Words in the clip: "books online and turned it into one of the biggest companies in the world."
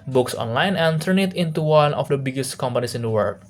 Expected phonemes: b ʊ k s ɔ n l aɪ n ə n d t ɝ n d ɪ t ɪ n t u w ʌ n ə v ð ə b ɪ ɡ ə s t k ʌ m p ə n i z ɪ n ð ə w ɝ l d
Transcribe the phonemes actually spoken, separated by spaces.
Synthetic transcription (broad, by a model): b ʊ k s ɔ n l aɪ n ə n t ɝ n ɪ t ɪ n t u w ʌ n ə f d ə b ɪ ɡ ə s t k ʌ m p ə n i s ɪ n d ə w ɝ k